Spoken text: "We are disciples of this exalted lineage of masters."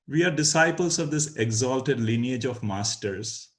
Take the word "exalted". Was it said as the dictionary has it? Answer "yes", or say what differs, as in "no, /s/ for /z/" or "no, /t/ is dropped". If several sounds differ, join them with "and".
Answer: yes